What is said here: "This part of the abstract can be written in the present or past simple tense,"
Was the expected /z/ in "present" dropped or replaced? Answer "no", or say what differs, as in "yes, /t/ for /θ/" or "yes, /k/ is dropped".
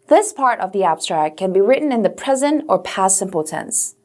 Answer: no